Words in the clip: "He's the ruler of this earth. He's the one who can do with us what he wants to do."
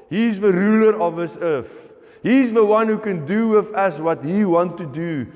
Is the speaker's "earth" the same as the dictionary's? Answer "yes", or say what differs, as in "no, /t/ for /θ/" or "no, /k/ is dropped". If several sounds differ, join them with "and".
no, /f/ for /θ/